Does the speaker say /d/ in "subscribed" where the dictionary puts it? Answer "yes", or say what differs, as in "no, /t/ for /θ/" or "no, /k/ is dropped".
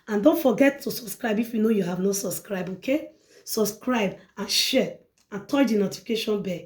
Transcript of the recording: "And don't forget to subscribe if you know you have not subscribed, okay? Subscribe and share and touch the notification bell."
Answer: no, /d/ is dropped